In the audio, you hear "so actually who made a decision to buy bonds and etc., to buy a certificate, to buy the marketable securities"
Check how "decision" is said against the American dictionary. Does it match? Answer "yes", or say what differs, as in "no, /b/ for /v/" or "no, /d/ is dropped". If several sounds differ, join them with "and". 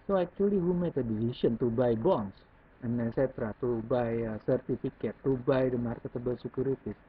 no, /s/ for /ʒ/